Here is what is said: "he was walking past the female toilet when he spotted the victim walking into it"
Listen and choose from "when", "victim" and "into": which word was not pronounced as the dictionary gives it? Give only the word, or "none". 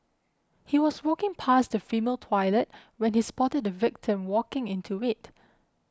none